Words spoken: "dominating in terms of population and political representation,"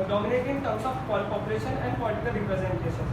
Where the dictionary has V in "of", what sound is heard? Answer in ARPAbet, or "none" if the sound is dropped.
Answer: P